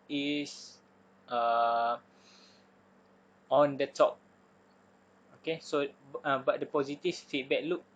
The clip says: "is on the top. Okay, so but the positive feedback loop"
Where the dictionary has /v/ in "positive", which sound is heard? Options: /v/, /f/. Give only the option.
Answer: /f/